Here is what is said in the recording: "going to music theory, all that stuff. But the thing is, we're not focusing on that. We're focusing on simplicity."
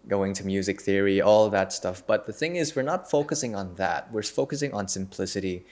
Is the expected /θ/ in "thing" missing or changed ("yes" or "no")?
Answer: no